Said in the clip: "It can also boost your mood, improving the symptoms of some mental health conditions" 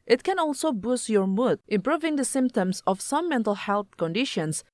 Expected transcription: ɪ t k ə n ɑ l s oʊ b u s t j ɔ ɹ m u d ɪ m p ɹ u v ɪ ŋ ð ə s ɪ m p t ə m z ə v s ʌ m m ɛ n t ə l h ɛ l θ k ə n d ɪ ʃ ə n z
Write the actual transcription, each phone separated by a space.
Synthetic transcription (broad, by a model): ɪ t k ə n ɑ l s oʊ b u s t j ɔ ɹ m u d ɪ m p ɹ u v ɪ ŋ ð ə s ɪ m p t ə m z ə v s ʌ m m ɛ n t ə l h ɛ l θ k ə n d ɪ ʃ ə n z